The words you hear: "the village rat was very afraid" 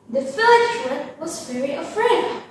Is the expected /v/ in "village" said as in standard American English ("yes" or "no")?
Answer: no